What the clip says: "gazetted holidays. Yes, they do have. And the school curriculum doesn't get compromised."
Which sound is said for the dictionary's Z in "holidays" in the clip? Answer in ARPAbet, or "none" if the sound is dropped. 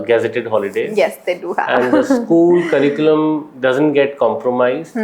none